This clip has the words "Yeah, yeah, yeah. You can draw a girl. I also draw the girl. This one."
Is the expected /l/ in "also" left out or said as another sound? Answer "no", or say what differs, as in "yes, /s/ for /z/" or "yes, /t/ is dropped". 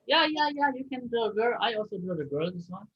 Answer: no